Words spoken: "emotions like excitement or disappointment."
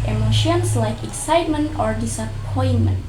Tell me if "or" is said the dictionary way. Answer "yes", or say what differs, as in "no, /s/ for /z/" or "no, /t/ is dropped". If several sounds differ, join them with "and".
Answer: yes